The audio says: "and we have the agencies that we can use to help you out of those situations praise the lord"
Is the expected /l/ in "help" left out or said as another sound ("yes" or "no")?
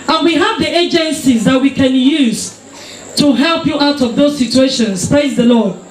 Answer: no